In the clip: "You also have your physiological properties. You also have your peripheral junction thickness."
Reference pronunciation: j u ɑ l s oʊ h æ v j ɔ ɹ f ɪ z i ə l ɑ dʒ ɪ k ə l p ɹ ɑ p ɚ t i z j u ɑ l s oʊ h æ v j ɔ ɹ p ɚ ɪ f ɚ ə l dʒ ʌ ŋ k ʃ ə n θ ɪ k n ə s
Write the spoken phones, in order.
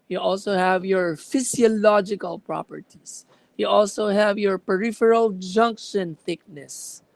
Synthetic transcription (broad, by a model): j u ɑ l s oʊ h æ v j ɔ ɹ f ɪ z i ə l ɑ dʒ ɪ k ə l p ɹ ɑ p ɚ t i s j u ɑ l s oʊ h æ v j ɔ ɹ p ɚ ɪ f ɚ ə l dʒ ʌ ŋ k ʃ ə n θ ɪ k n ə s